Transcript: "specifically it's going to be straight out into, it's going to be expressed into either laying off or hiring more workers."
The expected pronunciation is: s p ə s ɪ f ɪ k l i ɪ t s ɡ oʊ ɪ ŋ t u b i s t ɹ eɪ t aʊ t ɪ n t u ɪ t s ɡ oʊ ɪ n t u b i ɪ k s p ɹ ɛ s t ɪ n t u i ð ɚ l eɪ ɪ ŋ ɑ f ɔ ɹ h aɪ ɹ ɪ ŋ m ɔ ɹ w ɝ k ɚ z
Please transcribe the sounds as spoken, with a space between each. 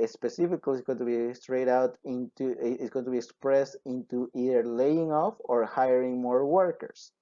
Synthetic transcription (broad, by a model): s p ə s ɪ f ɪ k l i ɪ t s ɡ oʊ t u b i s t ɹ eɪ t aʊ t ɪ n t u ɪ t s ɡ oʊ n t u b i ɪ k s p ɹ ɛ s t ɪ n t u i ð ɚ l eɪ ɪ ŋ ɑ f ɔ ɹ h aɪ ɹ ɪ ŋ m ɔ ɹ w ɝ k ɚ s